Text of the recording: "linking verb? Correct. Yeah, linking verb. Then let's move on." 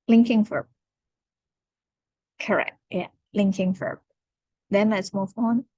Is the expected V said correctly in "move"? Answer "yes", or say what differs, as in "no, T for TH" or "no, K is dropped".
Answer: no, F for V